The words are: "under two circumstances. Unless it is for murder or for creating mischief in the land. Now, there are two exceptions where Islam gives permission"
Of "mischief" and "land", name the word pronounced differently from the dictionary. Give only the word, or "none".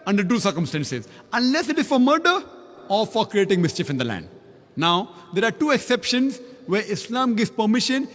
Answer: none